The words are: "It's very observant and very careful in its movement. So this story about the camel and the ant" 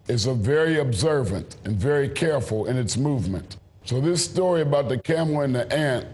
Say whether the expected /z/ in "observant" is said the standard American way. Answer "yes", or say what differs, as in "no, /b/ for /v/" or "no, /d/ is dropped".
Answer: yes